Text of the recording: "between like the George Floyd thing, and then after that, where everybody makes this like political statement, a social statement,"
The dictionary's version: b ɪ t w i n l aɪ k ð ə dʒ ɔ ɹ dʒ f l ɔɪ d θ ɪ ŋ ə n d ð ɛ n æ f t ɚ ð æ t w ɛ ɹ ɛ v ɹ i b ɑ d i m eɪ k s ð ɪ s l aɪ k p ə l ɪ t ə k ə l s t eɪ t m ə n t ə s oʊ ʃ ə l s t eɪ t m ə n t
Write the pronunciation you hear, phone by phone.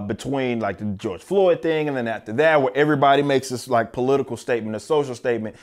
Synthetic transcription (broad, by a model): b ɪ t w i n l aɪ k ð ə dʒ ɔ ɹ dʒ f l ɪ d θ ɪ ŋ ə n ð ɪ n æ f t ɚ ð æ t w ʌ ɹ ɛ v ɹ i b ɑ d i m eɪ k s ð ɪ s l aɪ k p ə l ɪ t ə k l s t eɪ t m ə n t ə s oʊ ʃ l s t eɪ t m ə n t